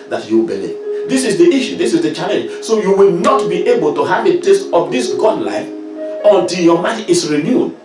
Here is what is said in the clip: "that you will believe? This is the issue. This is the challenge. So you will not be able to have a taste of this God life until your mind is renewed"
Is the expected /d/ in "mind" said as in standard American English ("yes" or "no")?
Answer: no